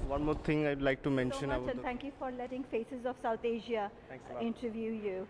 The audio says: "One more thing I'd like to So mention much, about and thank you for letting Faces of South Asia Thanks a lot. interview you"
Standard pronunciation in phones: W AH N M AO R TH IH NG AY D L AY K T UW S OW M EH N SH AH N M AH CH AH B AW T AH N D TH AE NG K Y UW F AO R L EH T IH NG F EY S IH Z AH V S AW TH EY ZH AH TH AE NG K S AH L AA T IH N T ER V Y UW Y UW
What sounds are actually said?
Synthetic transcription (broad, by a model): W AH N M AO R T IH NG AY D L AY K T UW M EH N SH AH N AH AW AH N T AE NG K Y UW F AO R L EH T IH NG F EY S IH Z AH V S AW T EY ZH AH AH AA IH N T ER V Y UW Y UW